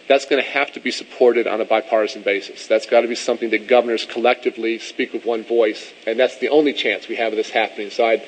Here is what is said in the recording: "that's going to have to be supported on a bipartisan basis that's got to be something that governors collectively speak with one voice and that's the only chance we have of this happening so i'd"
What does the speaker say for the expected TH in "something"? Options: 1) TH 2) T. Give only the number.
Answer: 1